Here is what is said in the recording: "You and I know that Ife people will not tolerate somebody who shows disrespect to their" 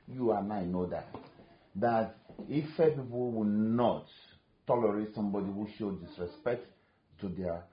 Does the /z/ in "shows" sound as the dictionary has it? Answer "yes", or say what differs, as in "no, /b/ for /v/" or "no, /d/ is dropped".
no, /z/ is dropped